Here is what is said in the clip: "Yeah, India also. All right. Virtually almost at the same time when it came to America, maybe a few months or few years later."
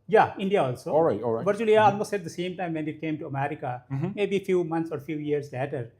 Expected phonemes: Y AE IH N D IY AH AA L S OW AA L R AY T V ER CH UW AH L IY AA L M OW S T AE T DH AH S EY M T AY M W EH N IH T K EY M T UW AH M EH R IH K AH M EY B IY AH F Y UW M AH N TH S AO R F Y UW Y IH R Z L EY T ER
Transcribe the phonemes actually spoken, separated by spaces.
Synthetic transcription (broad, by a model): Y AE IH N D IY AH AA L S OW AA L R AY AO V ER CH UW AH L IY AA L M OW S EH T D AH S EY M T AY M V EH N IH T K EY M T UW AH M EH R IH K AH M EY B IY F Y UW M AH N T S AO R F Y UW Y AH R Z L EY T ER